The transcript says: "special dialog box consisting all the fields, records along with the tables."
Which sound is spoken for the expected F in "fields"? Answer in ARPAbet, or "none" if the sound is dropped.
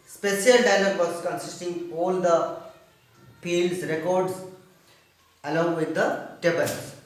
P